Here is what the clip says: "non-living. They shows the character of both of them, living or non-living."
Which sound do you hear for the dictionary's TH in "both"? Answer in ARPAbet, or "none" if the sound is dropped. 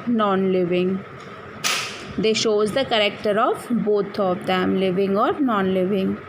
T